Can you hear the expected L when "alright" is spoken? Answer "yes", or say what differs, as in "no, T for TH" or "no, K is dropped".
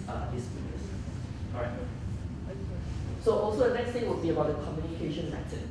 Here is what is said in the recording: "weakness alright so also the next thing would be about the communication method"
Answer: no, L is dropped